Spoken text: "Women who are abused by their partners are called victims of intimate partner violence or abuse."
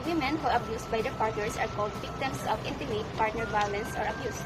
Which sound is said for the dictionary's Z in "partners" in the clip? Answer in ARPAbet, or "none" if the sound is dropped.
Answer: S